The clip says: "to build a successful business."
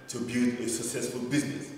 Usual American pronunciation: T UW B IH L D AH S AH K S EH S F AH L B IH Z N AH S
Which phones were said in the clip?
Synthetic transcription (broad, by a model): T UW B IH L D AH S AH K S EH S F AH L B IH Z N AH S